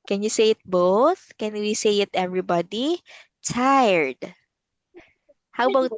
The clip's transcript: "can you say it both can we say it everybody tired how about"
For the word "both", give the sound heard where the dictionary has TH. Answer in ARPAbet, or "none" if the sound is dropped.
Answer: TH